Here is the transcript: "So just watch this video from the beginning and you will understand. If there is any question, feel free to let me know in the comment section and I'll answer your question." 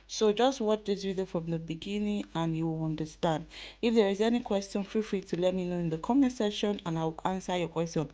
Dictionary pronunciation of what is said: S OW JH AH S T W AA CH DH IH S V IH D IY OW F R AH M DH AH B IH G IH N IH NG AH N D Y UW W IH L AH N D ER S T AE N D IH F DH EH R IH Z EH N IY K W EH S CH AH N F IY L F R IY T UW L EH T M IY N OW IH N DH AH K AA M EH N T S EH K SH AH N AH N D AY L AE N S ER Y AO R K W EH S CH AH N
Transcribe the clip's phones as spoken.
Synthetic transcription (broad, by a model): S OW JH AH S T W AA CH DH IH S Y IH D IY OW F R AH M DH AH B IH G IH N IH NG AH N Y UW W IH L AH N D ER S T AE N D IH F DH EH R IH Z EH N IY K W EH S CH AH N F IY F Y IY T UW L EH T M IY N OW IH N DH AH K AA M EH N S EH SH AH N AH N AY W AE N S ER Y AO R K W EH S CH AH N